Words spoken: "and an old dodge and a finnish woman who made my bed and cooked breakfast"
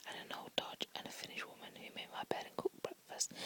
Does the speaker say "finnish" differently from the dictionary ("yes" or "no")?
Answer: no